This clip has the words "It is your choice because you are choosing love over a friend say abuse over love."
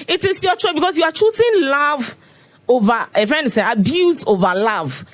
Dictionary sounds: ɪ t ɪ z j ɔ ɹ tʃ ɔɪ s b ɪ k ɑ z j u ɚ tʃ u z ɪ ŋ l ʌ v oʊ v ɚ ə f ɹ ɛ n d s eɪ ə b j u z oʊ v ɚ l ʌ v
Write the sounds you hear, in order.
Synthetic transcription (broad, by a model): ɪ t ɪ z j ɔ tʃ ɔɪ b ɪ k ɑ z j u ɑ tʃ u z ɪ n l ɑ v oʊ v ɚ ə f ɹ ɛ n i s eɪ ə b j u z oʊ v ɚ l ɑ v